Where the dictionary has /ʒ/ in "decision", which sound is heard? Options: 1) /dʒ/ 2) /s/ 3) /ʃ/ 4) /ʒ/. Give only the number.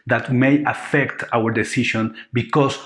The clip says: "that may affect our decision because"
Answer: 3